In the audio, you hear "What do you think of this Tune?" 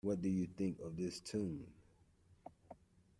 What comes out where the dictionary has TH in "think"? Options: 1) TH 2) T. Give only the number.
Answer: 1